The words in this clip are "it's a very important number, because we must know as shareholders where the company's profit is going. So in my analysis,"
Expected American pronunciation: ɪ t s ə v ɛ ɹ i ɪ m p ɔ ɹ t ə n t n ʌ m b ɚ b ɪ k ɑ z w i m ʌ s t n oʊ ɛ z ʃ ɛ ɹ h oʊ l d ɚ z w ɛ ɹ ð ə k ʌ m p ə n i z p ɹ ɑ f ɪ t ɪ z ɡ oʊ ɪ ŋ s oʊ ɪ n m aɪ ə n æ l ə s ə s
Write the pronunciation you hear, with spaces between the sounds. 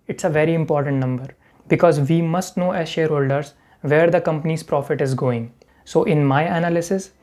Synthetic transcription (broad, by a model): ɪ t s ə v ɛ ɹ i ɪ m p ɔ ɹ t ə n t n ʌ m b ɚ b ɪ k ɑ z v i m ʌ s t n oʊ ɛ z ʃ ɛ ɹ h oʊ l d ɚ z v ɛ ɹ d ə k ʌ m p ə n i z p ɹ ɑ f ɪ t ɪ z ɡ oʊ ɪ ŋ s oʊ ɪ n m aɪ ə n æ l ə s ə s